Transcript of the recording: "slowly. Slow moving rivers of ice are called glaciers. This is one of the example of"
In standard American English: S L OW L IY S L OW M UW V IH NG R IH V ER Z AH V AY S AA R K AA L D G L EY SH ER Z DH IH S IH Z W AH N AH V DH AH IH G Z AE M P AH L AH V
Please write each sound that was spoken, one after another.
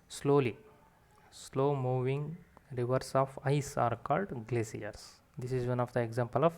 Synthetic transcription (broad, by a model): S L OW L IY S L OW M UW V IH NG R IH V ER S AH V AY S AA R K AA L D G L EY S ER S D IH S IH Z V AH N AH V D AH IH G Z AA M P AH L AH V